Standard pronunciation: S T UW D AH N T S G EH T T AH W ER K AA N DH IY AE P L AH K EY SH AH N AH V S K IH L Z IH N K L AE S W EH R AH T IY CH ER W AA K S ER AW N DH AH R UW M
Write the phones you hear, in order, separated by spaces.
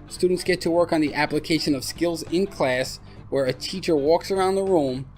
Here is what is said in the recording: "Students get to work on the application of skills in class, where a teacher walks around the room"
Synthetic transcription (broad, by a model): S T UW D N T S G EH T T AH W ER K N DH IY AE P L AH K EY SH AH N AH V S K IH L Z IH N K L AE S W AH R AH T IY CH ER W AA K S ER AW N DH AH R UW M